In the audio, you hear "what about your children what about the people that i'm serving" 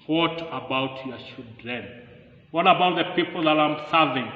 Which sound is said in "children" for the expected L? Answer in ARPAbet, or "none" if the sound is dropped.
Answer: none